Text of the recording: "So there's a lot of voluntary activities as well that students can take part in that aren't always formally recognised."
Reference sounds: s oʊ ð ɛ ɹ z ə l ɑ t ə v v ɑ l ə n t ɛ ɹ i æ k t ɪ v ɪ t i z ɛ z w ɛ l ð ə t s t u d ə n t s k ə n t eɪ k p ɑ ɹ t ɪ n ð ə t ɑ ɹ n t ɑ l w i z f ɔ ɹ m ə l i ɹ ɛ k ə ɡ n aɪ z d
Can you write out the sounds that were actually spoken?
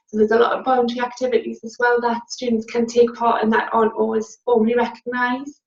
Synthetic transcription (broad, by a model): s oʊ ð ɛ z ə l ɑ t ə v b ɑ ə n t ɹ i æ k t ɪ v ɪ t i z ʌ z w ɛ l ð ə t s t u d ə n t s k ə n t eɪ k p ɑ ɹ t ɪ n ð ə t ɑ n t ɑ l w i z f ɔ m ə l i ɹ ɛ k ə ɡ n aɪ z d